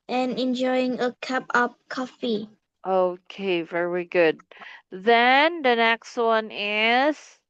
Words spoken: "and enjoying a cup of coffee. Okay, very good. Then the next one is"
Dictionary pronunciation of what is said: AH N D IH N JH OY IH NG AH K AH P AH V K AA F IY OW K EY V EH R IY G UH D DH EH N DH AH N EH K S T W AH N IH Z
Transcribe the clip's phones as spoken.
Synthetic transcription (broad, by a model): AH N IH N JH OY IH NG AH K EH P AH P K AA F IY OW K EY V EH R IY G UH D DH EH N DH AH N EH K S T W AH N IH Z